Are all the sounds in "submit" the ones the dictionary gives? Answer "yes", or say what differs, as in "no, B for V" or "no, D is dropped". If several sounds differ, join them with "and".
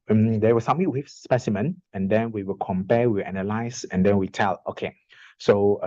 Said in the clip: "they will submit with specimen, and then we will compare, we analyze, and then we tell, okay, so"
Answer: no, B is dropped